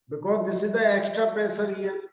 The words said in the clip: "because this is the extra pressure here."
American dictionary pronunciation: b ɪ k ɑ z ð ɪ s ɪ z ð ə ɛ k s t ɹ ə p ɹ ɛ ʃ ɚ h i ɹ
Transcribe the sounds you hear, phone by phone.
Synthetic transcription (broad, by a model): b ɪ k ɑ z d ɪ s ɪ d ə ɛ k s t ɹ ə p ɹ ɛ s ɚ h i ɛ